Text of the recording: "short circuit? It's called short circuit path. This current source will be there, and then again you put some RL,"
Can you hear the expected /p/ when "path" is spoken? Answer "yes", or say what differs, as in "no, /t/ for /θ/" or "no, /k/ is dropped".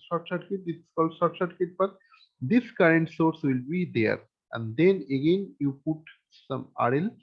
no, /b/ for /p/